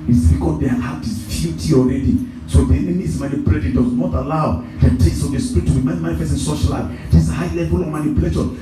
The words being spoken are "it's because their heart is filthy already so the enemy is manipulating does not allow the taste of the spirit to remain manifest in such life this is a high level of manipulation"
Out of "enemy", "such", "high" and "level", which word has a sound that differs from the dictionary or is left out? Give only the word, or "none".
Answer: such